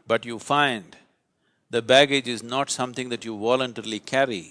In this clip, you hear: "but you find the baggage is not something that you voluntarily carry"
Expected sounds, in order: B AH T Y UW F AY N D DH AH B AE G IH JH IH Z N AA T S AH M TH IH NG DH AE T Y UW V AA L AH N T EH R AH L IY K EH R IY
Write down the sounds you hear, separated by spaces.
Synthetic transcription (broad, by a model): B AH T Y UW F AY N D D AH B AE G IH JH IH Z N AA T S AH M T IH NG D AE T Y UW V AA L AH N T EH R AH L IY K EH R IY